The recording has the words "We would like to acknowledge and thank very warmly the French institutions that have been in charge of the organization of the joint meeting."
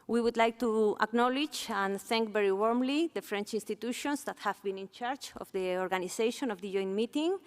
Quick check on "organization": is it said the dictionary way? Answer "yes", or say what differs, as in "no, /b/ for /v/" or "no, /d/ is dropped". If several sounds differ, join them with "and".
no, /s/ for /z/